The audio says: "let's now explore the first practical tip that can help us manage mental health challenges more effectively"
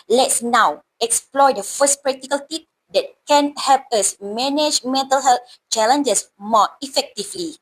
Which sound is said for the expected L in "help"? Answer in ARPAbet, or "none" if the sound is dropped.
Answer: L